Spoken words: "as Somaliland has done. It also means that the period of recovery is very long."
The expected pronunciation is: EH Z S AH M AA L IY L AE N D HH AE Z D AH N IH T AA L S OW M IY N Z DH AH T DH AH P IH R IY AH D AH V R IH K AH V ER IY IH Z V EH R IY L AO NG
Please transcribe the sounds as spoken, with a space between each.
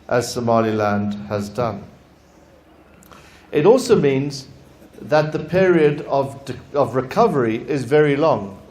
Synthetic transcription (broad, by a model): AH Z S AH M AA L IY L AE N D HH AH Z D AH N IH T AA L S OW M IY N Z DH AH T DH AH P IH R IY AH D AH V R IH K AH V ER IY IH Z V EH R IY L AO NG